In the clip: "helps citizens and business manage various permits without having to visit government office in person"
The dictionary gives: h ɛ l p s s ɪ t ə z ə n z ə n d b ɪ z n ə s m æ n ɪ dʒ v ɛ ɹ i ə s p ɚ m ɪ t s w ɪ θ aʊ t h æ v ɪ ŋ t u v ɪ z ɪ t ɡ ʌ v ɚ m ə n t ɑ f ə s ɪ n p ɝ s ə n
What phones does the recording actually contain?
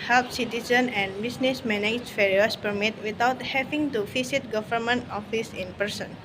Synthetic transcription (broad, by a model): h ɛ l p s s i t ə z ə n ə n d b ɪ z n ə s m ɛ n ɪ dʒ f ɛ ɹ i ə s p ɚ m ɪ t w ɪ t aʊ t h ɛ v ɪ ŋ t u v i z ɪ t ɡ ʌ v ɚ m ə n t ɑ f ə s ɪ n p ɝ s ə n